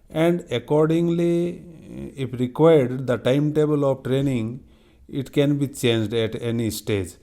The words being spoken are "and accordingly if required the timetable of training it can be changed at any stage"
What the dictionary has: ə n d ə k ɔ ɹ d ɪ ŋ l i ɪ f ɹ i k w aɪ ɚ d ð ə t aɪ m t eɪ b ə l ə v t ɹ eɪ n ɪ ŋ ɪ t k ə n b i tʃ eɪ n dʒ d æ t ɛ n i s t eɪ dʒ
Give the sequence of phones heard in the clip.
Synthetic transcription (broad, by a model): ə n d ə k ɔ ɹ d ɪ ŋ l i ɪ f ɹ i k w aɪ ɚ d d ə t aɪ m t eɪ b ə l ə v t ɹ eɪ n ɪ ŋ ɪ t k ə n b i tʃ eɪ n dʒ d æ t ɛ n i s t eɪ dʒ